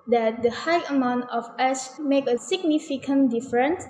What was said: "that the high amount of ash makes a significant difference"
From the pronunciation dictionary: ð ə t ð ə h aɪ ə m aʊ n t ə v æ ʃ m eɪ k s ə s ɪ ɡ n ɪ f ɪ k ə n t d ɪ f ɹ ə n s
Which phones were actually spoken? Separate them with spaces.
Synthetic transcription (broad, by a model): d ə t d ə h aɪ ə m aʊ n t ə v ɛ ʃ m eɪ k ə s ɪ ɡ n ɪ f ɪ k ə n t d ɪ f ɹ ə n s